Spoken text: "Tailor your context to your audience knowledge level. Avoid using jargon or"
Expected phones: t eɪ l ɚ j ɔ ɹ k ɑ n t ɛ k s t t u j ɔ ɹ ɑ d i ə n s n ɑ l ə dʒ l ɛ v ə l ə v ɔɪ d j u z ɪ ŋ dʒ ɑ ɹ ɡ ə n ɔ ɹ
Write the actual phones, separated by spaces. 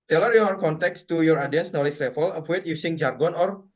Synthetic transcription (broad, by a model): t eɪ l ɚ j ɔ ɹ k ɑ n t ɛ k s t t u j ɔ ɹ ɑ d i ə n s n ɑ l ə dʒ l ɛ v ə l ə w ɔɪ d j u s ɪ ŋ dʒ ɑ ɹ ɡ ə n ɔ ɹ